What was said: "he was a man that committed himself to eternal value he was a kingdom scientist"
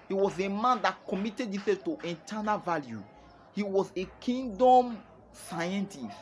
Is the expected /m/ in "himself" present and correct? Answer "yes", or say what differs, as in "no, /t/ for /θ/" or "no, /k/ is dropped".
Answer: no, /m/ is dropped